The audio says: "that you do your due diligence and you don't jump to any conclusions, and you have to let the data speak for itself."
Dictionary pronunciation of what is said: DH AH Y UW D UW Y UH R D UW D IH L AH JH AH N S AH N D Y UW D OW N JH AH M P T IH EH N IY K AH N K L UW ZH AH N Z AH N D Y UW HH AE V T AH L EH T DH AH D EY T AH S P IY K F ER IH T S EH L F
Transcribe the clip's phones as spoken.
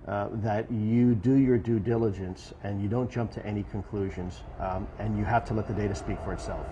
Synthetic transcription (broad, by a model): DH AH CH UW D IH Y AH R D UW D IH L AH JH AH N S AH N Y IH D OW N JH AH M P T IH EH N IY K AH N K L UW ZH AH N Z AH N Y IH HH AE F T AH L EH T DH AH D EY T AH S P IY K F ER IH T S EH L F